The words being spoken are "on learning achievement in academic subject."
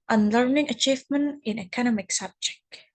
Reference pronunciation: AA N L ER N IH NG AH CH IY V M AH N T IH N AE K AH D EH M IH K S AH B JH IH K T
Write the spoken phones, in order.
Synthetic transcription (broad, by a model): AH N L ER N IH NG AH CH IY V M AH N T IH N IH K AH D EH M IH K S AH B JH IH K T